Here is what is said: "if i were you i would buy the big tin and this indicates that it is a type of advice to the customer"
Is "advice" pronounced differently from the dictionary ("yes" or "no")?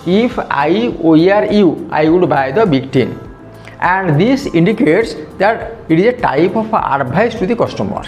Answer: yes